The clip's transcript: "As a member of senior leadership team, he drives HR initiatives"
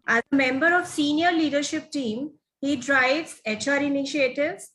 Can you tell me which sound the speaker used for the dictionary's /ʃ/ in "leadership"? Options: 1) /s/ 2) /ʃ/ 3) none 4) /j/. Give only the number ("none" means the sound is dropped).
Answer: 2